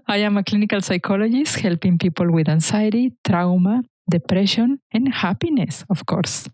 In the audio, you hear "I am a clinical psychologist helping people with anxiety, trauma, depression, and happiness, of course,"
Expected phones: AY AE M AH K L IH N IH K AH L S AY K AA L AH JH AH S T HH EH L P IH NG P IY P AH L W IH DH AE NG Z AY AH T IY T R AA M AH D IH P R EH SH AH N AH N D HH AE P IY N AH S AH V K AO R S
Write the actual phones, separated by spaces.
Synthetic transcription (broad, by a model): AY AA M AH K L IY N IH K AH L S AY K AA L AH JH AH S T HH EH L P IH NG P IY P AH L W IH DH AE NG S AY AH T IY T R AA M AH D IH P R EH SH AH N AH N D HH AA P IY N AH S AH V K AO R S